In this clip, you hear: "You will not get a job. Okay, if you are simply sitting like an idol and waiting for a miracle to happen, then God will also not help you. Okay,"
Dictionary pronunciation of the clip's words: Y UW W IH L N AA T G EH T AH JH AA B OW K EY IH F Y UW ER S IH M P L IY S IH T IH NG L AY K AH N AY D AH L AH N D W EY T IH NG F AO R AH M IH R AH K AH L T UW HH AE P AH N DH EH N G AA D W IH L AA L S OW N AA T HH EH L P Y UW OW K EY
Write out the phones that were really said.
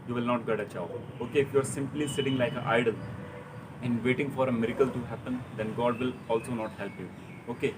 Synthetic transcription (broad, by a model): Y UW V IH L N AA T G EH T AH CH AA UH OW K EY IH F Y UW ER S IH M P L IY S IH T IH NG L AY K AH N AY D AH L AH N D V EY T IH NG F AO R AH M IH R AH K AH L T UW HH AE P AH N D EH N G AA D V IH L AA L S OW N AA T HH EH L P Y UW OW K EY